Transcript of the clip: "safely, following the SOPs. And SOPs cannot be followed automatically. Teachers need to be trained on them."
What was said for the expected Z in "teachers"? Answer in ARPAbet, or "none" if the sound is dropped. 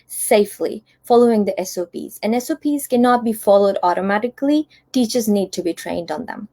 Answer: Z